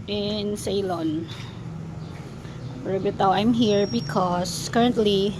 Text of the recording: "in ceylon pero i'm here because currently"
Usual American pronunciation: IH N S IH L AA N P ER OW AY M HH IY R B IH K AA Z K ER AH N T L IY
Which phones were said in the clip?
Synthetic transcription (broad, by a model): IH N S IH L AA N B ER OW AY M HH IY R B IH K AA S K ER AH N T L IY